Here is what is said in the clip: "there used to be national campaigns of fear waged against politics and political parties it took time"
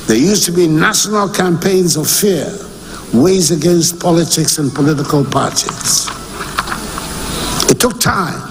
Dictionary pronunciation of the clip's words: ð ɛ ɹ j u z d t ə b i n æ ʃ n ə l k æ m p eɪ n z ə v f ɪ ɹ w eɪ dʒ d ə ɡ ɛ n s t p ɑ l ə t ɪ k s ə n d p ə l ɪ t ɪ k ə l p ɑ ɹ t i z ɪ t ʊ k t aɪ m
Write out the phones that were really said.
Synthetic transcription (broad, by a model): ð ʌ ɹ j u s t ə b i n æ ʃ n ə l k æ m p eɪ n z ə v f ɪ ɹ w eɪ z ə ɡ ɛ n s t p ɑ l ə t ɪ k s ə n p ə l ɪ t ɪ k ə l p ɑ ɹ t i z ɪ t ʊ k t aɪ m